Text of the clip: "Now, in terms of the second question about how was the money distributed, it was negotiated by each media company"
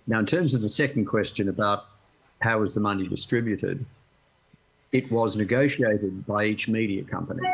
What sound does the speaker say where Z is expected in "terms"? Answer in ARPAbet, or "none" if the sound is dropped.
Z